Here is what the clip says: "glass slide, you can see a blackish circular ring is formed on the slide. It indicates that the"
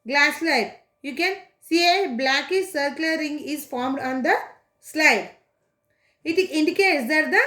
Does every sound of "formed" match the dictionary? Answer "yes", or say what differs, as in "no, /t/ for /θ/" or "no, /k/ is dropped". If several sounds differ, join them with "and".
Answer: yes